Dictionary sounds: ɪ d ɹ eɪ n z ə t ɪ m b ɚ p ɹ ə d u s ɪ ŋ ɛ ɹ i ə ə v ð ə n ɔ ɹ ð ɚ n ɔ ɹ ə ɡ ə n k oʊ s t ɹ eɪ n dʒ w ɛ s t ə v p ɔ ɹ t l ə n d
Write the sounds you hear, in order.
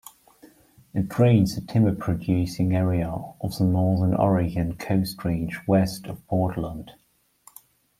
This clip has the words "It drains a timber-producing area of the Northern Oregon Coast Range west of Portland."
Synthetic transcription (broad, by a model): ɪ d ɹ eɪ n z ə t ɪ m ɚ p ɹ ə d u s ɪ ŋ ɛ ɹ i ə ə v ð ə n ɔ ð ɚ n ɔ ɹ ə ɡ ə n k oʊ s t ɹ eɪ n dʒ w ɛ s t ə v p ɔ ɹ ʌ l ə n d